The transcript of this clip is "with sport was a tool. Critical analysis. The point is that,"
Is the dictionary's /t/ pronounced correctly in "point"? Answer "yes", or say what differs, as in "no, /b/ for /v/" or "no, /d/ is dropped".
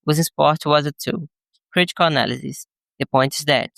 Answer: yes